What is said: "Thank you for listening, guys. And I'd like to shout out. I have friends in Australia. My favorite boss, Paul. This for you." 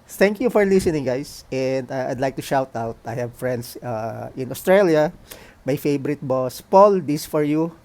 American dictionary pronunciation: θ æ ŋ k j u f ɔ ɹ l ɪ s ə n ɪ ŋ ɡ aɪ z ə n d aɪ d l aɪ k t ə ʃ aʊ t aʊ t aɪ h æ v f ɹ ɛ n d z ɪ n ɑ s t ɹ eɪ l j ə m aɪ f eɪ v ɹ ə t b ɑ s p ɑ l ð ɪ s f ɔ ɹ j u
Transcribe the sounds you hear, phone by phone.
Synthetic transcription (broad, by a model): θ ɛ ŋ k j u f ɔ ɹ l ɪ s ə n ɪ ŋ ɡ aɪ s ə n d aɪ d l aɪ k t ə ʃ aʊ t aʊ t aɪ h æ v f ɹ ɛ n d s ɪ n ɑ s t ɹ eɪ l j ə m aɪ f eɪ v ɹ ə t b ɑ s p ɑ l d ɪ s f ɔ ɹ j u